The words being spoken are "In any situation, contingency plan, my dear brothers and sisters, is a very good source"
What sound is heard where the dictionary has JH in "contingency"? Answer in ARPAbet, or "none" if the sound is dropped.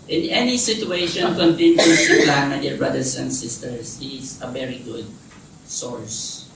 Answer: none